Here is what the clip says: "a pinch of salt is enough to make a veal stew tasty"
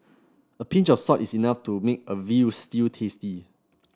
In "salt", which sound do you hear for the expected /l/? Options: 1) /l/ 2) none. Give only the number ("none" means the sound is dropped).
2